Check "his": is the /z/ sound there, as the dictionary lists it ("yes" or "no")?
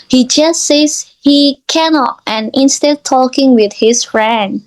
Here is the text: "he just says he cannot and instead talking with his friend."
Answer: no